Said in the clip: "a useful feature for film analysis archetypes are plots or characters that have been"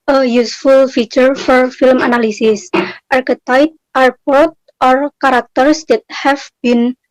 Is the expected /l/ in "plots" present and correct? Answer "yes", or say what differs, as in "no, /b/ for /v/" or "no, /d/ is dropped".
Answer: no, /l/ is dropped